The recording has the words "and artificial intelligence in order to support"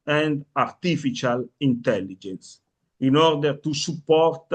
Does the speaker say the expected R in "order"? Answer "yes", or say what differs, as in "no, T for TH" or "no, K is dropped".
yes